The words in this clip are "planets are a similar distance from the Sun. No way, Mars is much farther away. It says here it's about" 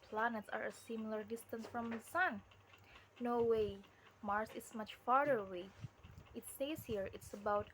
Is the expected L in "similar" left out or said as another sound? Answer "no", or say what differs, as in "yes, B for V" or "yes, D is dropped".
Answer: no